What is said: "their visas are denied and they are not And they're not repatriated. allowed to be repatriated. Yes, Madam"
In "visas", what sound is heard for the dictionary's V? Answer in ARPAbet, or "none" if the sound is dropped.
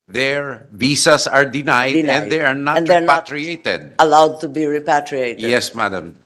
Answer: B